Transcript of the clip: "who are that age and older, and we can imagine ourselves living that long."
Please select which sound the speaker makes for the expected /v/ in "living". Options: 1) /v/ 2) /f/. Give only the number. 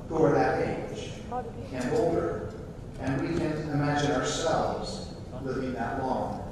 1